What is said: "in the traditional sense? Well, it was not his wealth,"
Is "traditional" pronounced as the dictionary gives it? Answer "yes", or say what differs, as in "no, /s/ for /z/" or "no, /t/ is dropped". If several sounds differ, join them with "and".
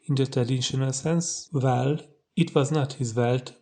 no, /ɹ/ is dropped